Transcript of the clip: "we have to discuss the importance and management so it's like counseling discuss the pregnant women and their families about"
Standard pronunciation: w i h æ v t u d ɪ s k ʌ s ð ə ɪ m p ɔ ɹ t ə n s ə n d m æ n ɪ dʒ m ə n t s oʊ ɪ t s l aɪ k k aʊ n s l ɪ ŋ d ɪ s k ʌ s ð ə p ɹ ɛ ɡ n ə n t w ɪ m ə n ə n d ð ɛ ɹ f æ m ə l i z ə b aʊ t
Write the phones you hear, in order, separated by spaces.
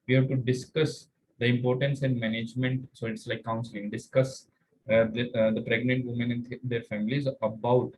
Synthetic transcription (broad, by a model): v i h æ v t u d ɪ s k ʌ s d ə ɪ m p ɔ ɹ t ə n s ə n d m æ n ɪ dʒ m ə n t s oʊ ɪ t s l aɪ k k aʊ n s ɪ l d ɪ s k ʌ s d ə p ɹ ɛ ɡ n ə n t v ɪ m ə n ə n d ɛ ɹ f æ m ə l i z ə b aʊ t